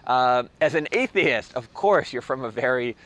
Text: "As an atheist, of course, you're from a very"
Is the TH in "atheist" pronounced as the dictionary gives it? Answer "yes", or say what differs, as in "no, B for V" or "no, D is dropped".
yes